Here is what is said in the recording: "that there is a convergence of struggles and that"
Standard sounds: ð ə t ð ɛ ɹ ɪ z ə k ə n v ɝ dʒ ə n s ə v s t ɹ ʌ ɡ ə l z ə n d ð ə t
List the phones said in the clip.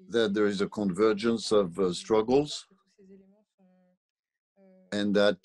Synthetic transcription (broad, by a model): ð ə t ð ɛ ɹ ɪ z ə k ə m v ɝ dʒ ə n s ə v s t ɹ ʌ ɡ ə l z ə n ð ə t